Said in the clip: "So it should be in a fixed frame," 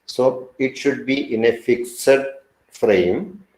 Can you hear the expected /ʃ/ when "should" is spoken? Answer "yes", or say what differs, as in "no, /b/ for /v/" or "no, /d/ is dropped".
yes